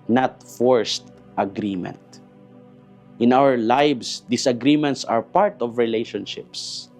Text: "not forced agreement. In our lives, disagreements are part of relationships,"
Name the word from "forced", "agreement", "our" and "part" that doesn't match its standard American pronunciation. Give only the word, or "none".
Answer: none